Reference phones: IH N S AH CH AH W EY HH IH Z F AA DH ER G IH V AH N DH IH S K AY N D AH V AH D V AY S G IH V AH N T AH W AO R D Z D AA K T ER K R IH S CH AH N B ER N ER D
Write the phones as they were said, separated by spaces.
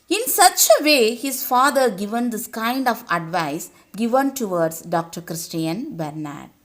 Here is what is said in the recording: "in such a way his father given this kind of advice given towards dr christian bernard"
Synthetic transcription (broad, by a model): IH N S AH CH AH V EY HH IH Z F AA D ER G IH V AH N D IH S K AY N D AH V AH D V AY S G IH V AH N T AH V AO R D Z D AA K T ER K R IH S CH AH N B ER N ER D